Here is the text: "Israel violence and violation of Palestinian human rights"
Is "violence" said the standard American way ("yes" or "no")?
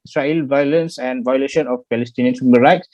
yes